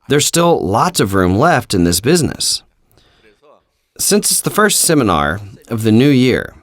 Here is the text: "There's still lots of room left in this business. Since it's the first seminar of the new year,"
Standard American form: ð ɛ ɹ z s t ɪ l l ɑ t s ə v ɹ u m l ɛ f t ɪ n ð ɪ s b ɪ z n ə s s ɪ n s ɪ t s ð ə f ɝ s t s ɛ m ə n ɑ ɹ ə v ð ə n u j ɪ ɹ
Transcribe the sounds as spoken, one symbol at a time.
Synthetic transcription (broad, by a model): ð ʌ ɹ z s t ɪ l l ɑ t s ə v ɹ u m l ɛ f t ɪ n ð ɪ s b ɪ z n ə s s ɪ n s ɪ t s ð ə f ɝ s t s ɛ m ə n ɑ ɹ ə v ð ə n u j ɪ ɹ